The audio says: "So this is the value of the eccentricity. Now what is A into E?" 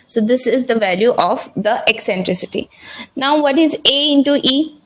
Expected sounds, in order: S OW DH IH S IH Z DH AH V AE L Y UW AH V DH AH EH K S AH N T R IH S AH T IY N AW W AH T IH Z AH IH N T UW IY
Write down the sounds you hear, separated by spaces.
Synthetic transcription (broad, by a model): S OW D IH S IH Z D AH V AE L Y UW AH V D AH EH K S AH N T R IH S AH T IY N AW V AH T IH Z AH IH N T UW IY